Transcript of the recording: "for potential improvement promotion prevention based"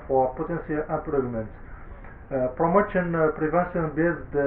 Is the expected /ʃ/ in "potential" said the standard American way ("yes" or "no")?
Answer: no